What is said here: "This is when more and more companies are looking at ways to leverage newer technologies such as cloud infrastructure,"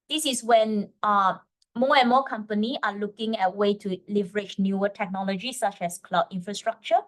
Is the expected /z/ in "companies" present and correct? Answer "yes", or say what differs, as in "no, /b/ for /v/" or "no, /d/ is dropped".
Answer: no, /z/ is dropped